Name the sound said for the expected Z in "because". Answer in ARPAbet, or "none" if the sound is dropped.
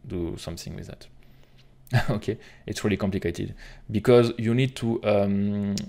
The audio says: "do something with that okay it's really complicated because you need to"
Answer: Z